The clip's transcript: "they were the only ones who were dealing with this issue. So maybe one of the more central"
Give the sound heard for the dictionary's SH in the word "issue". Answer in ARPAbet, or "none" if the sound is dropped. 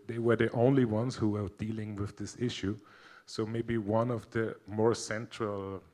SH